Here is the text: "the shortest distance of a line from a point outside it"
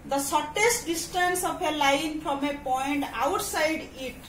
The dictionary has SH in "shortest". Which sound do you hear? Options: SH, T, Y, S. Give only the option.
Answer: S